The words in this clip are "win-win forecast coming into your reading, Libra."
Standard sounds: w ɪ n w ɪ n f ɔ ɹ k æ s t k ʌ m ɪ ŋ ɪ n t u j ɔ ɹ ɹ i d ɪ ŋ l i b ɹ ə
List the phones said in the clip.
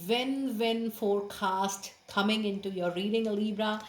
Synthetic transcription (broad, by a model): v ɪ n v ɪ n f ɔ ɹ k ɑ s t k ʌ m ɪ ŋ ɪ n t u j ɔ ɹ ɹ i d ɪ ŋ l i b ɹ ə